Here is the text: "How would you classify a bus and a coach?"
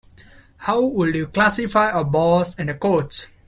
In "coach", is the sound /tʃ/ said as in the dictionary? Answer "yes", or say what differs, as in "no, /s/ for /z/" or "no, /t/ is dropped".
no, /s/ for /tʃ/